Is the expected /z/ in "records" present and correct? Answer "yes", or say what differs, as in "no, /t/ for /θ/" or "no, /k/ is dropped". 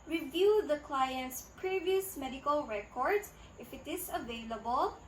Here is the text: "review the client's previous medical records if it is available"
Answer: no, /z/ is dropped